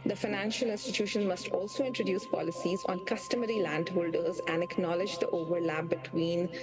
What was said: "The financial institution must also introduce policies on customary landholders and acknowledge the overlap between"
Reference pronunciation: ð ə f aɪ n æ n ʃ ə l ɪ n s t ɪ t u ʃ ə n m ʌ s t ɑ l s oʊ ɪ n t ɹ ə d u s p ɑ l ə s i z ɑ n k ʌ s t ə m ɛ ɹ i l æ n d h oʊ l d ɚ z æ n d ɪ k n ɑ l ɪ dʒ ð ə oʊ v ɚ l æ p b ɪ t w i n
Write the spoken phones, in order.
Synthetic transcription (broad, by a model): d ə f aɪ n æ n ʃ ə l ɪ n s t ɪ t u ʃ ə n m ʌ s t ɑ l s oʊ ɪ n t ɹ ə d u s p ɑ l ə s i z ɑ n k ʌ s t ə m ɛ ɹ i l æ n d h oʊ l d ɚ z æ n d ɪ k n ɑ l ɪ dʒ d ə oʊ v ɚ l æ p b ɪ t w i n